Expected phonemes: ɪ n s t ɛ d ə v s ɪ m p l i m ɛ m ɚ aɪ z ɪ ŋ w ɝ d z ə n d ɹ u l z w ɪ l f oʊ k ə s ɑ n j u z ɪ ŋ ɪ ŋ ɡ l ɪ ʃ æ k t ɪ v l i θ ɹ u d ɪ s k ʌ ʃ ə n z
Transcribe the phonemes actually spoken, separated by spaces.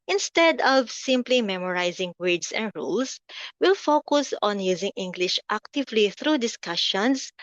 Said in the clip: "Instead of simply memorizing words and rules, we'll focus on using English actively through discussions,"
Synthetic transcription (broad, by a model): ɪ n s t ɛ d ə v s ɪ m p l i m ɛ m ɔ aɪ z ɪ ŋ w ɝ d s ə n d ɹ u l s w ɪ l f oʊ k ə s ɑ n j u z ɪ ŋ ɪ ŋ ɡ l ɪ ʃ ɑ k t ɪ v l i θ ɹ u d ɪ s k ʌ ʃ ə n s